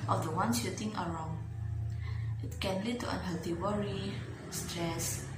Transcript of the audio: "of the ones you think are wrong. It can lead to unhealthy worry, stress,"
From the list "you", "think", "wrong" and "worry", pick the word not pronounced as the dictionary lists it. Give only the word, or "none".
think